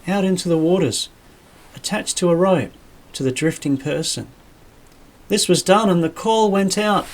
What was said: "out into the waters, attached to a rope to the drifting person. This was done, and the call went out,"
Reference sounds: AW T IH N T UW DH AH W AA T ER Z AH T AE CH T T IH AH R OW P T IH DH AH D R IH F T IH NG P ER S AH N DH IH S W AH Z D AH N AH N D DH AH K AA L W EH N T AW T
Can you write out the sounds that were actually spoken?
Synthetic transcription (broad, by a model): AW T IH N T UW DH AH W AA T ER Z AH T AE CH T T IH AH R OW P T IH DH AH D R IH F T IH NG P ER S AH N DH IH S W AH Z D AH N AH N DH AH K AA L W EH N T AW T